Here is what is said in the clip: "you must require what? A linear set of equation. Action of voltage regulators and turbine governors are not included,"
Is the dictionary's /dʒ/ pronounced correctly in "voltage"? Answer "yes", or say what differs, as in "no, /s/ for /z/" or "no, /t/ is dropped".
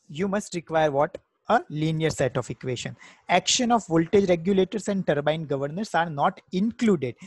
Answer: yes